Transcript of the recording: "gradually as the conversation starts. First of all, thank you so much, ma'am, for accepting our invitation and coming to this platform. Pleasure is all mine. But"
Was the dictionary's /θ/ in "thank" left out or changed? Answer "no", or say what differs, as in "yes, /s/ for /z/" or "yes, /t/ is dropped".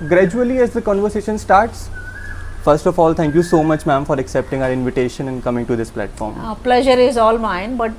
yes, /t/ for /θ/